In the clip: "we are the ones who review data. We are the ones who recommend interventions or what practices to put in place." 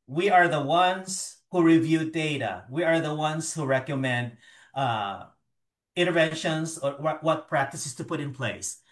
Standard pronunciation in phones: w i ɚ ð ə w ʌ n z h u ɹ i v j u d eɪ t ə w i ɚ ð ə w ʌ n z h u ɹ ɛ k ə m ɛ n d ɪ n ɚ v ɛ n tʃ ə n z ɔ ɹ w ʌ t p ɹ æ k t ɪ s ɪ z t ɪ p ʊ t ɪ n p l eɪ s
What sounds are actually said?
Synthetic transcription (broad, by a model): w i ɚ ð ə w ʌ n z h u ɹ i v j u d eɪ t ə w i ɚ ð ə w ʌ n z h u ɹ ɛ k ə m ɛ n d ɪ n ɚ v ɛ n ʃ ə n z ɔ w w ʌ t p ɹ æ k t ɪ s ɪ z t ɪ p ʊ t ɪ n p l eɪ s